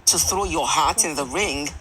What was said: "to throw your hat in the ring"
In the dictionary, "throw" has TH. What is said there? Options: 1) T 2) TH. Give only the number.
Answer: 2